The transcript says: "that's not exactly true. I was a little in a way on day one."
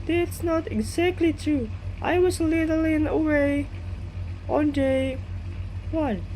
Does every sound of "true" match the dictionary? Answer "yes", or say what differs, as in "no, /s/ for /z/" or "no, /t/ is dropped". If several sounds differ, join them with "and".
no, /ɹ/ is dropped